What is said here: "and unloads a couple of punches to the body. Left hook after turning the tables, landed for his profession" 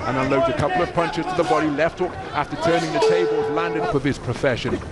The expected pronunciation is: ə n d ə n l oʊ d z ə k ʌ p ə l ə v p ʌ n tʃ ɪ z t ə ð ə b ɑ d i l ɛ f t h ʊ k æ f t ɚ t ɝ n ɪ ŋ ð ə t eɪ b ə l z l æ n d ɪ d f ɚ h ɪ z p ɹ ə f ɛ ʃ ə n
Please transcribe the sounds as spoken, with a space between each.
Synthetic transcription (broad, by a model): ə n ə n l oʊ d ə k ʌ p l ə v p ʌ n tʃ ɪ z t ə ð ə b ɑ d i l ɛ f t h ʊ k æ f t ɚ t ɝ n ɪ ŋ ð ə t eɪ b ə l z l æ n d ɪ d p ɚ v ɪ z p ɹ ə f ɛ ʃ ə n